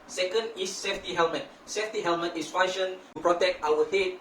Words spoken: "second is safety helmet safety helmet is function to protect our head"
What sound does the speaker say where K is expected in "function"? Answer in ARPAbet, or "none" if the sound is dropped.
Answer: none